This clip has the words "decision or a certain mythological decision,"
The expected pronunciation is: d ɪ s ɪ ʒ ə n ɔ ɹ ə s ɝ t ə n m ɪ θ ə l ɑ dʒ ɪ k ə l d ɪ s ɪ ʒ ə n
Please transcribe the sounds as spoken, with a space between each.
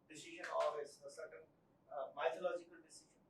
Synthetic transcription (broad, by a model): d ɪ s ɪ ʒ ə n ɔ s ə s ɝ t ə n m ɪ t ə l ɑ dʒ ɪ k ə l d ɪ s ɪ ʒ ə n